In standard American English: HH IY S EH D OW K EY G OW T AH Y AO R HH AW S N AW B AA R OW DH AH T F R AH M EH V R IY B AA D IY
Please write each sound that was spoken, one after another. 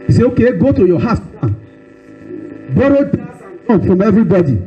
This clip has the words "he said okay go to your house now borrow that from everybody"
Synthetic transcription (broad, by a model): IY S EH OW K EY G OW T AH Y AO HH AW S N B AA R OW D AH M F R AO M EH V R IY B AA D IY